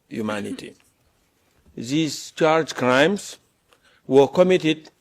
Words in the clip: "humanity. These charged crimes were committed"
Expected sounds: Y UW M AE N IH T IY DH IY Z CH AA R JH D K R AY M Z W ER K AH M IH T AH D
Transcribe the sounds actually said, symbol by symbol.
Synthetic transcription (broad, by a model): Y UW M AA N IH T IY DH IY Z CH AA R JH K R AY M S W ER K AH M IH T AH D